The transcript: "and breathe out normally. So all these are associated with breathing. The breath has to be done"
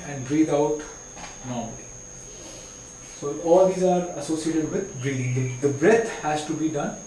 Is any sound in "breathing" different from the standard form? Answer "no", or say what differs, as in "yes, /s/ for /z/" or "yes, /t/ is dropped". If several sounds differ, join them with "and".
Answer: yes, /ð/ is dropped